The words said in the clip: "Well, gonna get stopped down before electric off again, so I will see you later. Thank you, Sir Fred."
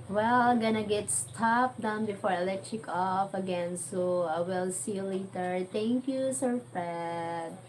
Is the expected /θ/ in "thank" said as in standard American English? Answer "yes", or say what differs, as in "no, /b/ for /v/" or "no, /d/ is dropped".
no, /t/ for /θ/